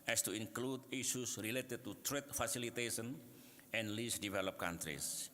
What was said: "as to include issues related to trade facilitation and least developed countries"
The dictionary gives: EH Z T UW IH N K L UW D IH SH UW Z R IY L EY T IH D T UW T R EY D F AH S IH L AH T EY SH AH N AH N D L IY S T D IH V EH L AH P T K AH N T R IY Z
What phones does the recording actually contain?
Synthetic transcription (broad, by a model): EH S T UW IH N K L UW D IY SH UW S R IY L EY T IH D T UW T R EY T F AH S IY L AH T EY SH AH N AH N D L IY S D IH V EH L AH P K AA N T R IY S